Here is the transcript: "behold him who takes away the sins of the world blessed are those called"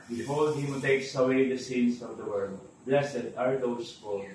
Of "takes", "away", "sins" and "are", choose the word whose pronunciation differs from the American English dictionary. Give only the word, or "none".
sins